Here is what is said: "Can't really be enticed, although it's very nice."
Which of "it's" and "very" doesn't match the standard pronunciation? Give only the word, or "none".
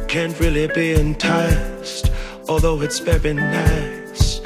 very